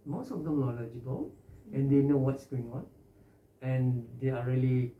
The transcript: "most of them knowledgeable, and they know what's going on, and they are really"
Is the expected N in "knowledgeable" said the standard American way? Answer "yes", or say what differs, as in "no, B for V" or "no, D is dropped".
no, L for N